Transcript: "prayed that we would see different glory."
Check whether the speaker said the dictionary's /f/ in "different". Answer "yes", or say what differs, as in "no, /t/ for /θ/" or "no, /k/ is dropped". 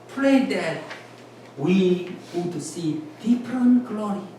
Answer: no, /p/ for /f/